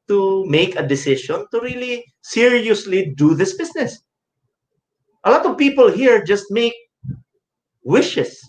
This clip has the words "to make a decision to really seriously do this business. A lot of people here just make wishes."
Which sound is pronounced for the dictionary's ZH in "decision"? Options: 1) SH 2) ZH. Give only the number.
1